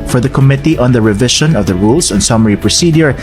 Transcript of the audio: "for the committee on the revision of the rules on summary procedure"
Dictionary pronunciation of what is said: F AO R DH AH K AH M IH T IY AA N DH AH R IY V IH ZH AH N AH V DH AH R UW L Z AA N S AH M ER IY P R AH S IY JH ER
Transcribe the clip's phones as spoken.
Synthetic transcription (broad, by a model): F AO R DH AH K AH M IH T IY AA N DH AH R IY V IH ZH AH N AH V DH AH R UW L S AA N S AH M ER IY P R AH S IY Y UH